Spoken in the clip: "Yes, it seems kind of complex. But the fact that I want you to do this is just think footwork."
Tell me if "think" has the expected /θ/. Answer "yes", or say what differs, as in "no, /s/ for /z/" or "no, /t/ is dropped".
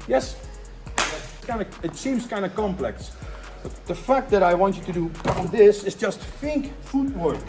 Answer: no, /f/ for /θ/